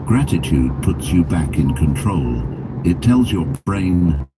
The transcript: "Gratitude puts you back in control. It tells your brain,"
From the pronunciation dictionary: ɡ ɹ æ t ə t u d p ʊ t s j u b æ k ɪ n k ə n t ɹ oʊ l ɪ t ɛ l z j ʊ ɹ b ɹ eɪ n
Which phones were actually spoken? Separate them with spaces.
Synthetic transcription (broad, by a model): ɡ ɹ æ t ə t u d p ʊ t s j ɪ b æ k ɪ n k ə n t ɹ oʊ l ɪ t ɛ l z j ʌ ɹ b ɹ eɪ n